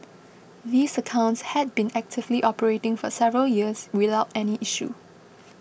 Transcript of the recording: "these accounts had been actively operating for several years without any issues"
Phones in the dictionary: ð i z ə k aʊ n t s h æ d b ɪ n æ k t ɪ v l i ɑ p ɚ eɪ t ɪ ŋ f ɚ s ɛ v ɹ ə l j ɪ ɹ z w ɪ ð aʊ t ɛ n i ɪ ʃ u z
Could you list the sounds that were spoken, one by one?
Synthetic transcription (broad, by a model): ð i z ə k aʊ n t s h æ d b ɪ n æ k t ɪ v l i ɑ p ɚ eɪ t ɪ ŋ f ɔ s ɛ v ɹ ə l j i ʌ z w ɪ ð aʊ t ɛ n i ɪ ʃ u